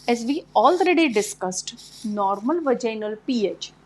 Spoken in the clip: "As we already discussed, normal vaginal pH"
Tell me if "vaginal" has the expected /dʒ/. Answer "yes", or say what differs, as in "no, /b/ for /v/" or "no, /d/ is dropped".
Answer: yes